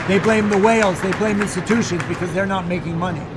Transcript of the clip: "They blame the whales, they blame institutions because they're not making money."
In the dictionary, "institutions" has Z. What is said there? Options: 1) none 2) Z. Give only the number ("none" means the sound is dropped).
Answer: 2